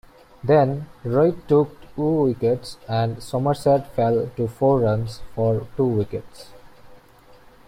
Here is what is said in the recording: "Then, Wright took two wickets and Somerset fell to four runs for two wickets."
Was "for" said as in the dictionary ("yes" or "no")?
yes